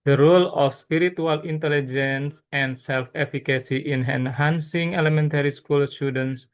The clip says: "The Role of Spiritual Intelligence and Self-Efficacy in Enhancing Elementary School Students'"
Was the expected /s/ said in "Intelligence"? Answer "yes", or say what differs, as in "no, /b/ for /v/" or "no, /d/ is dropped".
yes